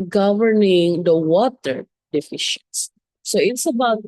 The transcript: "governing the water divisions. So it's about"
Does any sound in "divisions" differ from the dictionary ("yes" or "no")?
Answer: yes